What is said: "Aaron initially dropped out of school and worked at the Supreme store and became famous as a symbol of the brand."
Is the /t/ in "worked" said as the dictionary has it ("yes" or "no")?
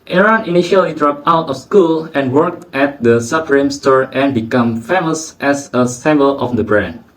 yes